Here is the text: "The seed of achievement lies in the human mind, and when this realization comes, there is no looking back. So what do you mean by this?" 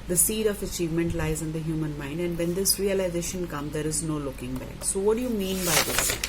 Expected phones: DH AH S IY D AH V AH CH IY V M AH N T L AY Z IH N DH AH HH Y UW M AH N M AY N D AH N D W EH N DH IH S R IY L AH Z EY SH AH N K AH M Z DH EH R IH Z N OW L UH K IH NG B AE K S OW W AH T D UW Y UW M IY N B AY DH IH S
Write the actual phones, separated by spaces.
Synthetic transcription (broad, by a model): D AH S IY D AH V AH CH IY V M AH N T L AY Z IH N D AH HH Y UW M AH N M AY N D AH N D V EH N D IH S R IY L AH Z EY SH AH N K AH M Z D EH R IH Z N OW L UH K IH NG B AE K S OW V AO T D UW Y UW M IY N B AY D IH S